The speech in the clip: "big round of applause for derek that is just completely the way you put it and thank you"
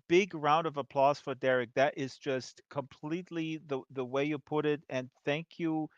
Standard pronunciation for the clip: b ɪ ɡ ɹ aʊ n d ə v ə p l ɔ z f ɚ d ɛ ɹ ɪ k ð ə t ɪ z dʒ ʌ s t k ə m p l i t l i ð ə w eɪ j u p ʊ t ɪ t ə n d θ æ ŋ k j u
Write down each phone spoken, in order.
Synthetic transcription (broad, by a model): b ɪ ɡ ɹ aʊ n d ə v ə p l ɔ z f ɚ d ɛ ɹ ɪ k ð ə t ɪ z dʒ ʌ s t k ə m p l i t l i ð ə w eɪ j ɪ p ʊ t ɪ t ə n θ æ ŋ k j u